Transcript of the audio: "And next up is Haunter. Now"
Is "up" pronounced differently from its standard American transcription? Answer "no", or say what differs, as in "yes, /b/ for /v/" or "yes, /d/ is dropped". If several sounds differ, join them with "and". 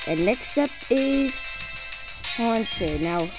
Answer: no